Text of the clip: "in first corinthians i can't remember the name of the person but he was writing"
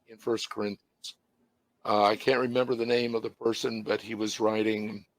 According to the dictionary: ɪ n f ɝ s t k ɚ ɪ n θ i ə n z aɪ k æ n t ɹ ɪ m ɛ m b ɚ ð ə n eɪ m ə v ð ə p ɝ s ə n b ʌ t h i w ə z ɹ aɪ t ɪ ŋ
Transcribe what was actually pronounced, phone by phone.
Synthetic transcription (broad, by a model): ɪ n f ɝ s k ɚ ɪ n θ i ə n z aɪ k æ n t ɹ ɪ m ɛ m b ɚ ð ə n eɪ m ə v ð ə p ɝ s ə n b ʌ t h i w ə z ɹ aɪ t ɪ ŋ